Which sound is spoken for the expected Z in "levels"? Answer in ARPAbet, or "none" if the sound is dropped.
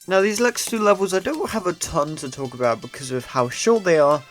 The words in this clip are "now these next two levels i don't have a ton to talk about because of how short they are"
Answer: Z